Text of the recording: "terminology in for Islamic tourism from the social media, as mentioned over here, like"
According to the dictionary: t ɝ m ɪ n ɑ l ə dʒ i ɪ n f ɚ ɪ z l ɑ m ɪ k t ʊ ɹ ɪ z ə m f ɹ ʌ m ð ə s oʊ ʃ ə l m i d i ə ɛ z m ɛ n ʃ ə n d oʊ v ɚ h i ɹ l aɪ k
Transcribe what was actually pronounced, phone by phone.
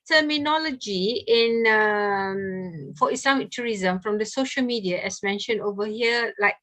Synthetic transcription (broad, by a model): t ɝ m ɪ n ɑ l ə dʒ i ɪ n f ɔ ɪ s l ɑ m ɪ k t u ɹ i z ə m f ɹ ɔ m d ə s oʊ ʃ ə l m i d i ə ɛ s m ɛ n ʃ ə n d oʊ v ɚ h i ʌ l aɪ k